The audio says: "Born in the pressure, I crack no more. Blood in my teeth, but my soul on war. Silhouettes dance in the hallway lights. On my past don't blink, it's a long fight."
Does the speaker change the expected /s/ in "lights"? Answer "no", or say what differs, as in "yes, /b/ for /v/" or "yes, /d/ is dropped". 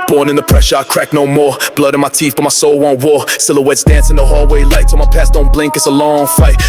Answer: yes, /s/ is dropped